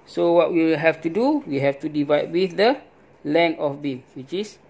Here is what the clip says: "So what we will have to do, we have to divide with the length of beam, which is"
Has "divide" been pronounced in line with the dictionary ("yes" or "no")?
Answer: yes